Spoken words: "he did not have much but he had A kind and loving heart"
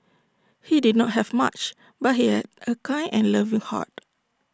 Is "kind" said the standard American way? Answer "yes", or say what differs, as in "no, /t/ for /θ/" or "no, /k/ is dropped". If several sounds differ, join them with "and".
no, /d/ is dropped